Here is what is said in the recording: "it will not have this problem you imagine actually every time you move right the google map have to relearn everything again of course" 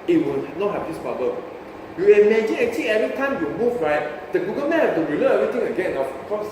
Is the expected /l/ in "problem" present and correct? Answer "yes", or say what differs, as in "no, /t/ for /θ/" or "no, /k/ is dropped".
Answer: no, /l/ is dropped